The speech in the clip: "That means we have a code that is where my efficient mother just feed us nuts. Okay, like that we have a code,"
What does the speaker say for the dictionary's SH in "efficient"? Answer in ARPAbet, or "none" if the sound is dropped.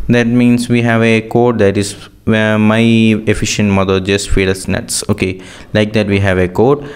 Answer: SH